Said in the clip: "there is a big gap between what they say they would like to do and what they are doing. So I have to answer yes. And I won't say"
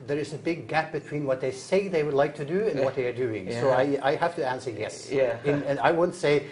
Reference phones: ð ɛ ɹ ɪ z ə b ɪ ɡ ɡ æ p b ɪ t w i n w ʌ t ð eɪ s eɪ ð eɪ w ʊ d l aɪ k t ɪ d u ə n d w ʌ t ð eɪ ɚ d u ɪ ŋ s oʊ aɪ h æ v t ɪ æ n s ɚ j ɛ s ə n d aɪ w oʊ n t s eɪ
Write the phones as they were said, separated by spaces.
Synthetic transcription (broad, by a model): ð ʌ ɹ ɪ z ə b ɪ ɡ ɡ æ p b ɪ t w i n w ʌ t ð eɪ s eɪ ð eɪ w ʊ d l aɪ k t ɪ d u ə n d w ʌ t ð eɪ ɚ d u ɪ ŋ s oʊ aɪ h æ f t ɪ æ n s ɚ j ɛ s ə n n aɪ w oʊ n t s eɪ